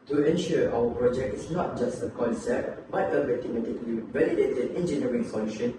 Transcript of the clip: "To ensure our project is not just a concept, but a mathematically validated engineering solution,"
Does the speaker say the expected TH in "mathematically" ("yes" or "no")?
no